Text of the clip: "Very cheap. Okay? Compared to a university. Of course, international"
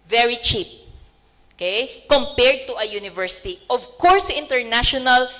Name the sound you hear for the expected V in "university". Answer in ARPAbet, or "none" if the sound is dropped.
V